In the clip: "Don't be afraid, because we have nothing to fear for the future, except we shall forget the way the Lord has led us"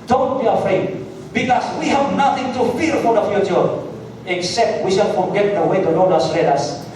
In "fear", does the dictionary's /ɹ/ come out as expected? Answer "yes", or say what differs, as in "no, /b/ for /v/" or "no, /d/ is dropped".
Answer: no, /l/ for /ɹ/